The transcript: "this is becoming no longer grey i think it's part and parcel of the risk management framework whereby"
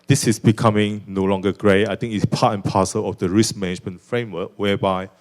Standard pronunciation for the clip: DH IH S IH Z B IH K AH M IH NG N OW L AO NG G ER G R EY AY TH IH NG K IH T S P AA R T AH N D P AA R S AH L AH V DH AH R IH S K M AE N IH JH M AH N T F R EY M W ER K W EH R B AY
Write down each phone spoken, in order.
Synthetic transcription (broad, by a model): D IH S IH S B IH K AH M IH NG N OW L AO NG G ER G R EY AY T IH NG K IH T S P AA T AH N P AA S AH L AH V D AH R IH S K M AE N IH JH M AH N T F R EY M W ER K W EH B AY